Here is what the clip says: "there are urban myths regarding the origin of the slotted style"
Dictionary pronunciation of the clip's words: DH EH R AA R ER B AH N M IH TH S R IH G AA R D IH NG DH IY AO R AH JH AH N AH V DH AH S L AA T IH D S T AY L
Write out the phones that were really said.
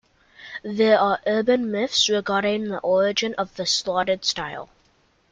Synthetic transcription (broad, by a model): DH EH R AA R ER B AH N M IH F S R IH G AA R D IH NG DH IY AO R AH JH AH N AH V DH AH S L AA T IH D S T AY L